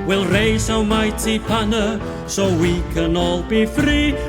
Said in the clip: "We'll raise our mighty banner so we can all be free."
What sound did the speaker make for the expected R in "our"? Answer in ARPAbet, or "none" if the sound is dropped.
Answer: W